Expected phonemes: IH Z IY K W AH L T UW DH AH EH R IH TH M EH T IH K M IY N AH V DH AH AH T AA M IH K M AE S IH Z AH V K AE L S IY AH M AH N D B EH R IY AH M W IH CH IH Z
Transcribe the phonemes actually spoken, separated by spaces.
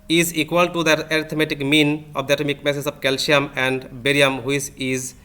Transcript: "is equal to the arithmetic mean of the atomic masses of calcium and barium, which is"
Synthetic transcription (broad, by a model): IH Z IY K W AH L T UW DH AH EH R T M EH T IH K M IY N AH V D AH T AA M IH K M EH S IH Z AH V K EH L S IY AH M AH N D B EH R IY AH M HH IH S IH Z